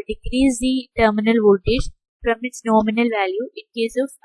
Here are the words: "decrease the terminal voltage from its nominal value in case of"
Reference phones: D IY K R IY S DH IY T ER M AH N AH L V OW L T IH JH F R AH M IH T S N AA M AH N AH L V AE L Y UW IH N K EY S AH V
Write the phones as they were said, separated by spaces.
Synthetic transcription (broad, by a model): D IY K R IY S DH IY T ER M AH N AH L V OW T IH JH P R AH M IH T S N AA M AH N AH L V AE L Y UW IH N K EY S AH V